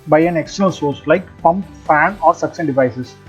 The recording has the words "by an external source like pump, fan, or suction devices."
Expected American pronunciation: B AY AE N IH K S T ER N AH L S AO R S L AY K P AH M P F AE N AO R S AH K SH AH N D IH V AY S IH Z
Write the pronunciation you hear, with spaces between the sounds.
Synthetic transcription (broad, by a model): B AY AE N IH K S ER L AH N S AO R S L AY K P AH M P F AE N AO R S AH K S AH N D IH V AY S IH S